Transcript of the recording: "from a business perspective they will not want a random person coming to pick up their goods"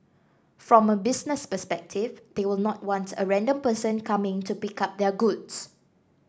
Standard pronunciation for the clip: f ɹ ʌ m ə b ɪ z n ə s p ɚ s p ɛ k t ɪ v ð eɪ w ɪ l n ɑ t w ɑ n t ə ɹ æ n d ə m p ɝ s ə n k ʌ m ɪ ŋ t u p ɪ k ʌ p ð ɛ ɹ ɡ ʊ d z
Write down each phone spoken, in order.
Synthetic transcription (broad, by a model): f ɹ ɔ m ə b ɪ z n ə s p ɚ s p ɛ k t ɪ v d eɪ w ɪ l n ɑ t w ɑ n t ə ɹ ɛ n d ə m p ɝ s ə n k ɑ m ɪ ŋ t u p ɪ k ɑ p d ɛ ɡ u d s